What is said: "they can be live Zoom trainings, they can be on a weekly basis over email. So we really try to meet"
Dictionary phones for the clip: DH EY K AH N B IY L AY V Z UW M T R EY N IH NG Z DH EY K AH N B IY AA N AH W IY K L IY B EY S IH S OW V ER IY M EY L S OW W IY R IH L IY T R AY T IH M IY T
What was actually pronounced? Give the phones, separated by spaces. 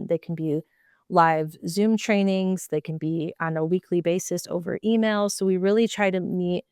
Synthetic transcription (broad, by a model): DH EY K N B IY L AY V Z UW M T R EY N IH NG Z DH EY K AH N B IY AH N AH W IY K L IY B EY S IH S OW V ER IY M EY L S OW W IY R IH L IY T R AY T IH M IY T